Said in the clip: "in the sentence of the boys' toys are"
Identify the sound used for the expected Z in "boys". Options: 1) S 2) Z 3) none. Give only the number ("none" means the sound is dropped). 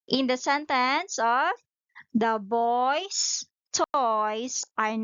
1